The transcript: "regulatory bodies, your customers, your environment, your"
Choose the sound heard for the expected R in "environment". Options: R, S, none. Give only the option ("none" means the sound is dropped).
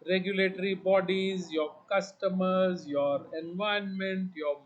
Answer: none